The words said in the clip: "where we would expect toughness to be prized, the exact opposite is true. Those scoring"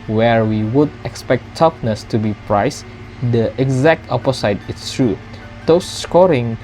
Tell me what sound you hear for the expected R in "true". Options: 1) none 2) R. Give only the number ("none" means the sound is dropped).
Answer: 2